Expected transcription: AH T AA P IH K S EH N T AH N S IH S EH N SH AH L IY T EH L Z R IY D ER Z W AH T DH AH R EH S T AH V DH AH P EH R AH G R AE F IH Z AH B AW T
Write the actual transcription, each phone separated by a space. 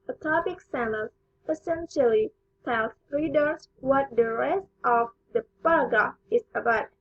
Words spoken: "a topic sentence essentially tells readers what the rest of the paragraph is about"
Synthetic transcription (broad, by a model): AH T AA P IH K S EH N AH S IH S EH N SH AH L IY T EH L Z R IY D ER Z W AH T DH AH R EH S T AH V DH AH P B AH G AH IH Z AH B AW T